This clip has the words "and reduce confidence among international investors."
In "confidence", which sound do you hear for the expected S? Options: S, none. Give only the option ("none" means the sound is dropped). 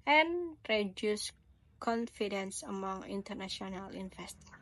S